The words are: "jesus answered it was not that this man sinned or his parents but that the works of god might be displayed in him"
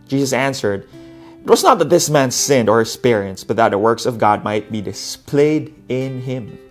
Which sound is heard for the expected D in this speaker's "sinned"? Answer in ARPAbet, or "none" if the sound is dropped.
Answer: D